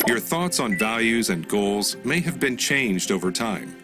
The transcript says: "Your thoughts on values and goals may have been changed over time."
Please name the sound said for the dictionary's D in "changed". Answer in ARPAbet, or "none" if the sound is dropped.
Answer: D